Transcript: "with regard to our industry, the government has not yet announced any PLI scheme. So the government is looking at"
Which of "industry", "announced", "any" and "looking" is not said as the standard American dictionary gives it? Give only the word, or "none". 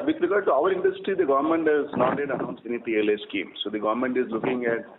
announced